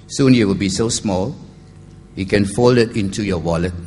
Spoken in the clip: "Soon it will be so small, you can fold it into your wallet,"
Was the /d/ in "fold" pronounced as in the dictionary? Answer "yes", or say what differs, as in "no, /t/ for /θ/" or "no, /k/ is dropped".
no, /d/ is dropped